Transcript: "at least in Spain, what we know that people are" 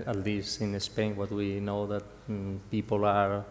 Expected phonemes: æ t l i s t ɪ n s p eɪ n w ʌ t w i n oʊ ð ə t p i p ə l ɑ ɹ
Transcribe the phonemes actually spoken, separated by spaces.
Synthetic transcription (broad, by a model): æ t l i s ɪ n s p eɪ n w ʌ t w i n oʊ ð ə t p i p ə l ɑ ɹ